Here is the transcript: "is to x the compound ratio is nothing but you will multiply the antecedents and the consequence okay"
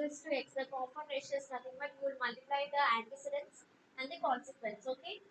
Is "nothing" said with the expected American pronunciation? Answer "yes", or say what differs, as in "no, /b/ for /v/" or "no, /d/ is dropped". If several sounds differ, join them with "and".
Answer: no, /t/ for /θ/